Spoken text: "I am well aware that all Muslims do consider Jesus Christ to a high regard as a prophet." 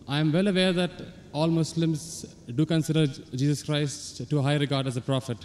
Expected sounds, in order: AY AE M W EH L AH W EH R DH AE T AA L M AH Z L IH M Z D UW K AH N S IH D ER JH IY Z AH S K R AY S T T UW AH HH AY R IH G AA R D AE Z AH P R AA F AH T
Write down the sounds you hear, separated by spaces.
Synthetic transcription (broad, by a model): AY M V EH L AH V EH R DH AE T AA L M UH S L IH M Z D UW K AH N S IH D ER JH IY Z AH S K R AY S T T UW HH AY R IH G AA R D AE Z AH P R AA F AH T